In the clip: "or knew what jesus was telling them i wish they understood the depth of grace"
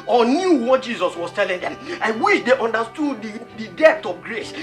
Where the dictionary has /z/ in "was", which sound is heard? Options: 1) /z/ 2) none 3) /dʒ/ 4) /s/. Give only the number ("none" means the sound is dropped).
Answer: 4